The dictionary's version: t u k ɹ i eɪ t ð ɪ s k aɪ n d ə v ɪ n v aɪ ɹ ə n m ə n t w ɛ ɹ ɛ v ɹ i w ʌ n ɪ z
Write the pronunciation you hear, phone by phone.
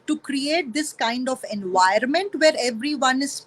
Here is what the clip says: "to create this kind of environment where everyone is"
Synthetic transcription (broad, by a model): t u k ɹ i eɪ t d ɪ s k aɪ n d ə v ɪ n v aɪ ə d m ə n t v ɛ ɹ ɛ v ɹ i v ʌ n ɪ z